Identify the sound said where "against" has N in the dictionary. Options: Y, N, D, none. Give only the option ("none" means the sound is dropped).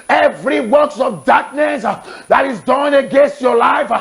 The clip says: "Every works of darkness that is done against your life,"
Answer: N